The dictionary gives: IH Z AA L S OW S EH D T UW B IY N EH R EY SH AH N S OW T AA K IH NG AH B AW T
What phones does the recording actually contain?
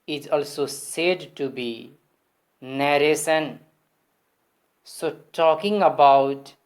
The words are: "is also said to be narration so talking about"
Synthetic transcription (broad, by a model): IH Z AA L S OW S EH D T UW B IY N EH R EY S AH N S OW T AA K IH NG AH B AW T